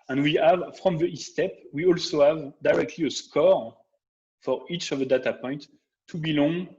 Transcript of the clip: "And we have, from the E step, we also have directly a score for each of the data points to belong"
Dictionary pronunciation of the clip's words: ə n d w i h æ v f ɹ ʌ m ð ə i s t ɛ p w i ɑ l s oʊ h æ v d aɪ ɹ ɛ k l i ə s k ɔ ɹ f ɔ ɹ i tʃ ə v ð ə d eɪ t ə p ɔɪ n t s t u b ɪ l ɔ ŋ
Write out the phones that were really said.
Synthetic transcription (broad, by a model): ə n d w i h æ v f ɹ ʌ m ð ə i s t ɛ p w i ɑ l s oʊ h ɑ v d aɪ ɹ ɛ k l i ə s k ɔ ɹ f ɔ ɹ i tʃ ə v ð ə d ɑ t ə p ɔɪ n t t u b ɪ l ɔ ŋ